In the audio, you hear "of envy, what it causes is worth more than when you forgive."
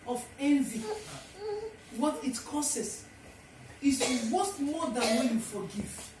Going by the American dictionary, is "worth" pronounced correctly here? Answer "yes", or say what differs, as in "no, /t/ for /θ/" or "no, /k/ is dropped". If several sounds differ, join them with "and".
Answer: no, /t/ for /θ/